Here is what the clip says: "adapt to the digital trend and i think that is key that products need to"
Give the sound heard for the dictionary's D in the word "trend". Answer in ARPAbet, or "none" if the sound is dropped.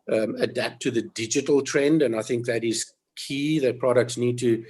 D